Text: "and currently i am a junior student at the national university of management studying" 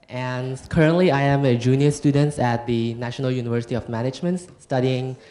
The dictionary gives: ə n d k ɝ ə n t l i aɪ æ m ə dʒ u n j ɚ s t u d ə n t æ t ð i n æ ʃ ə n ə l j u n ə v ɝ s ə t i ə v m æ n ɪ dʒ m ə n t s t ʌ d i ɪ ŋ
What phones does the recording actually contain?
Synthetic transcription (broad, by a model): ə n k ɝ ə n t l i aɪ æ m ə dʒ u n j ɚ s t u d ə n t æ t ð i n æ ʃ ə n ə l j u n ə v ɝ s ə t i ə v m æ n ɪ dʒ m ə n t s t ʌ d i ɪ ŋ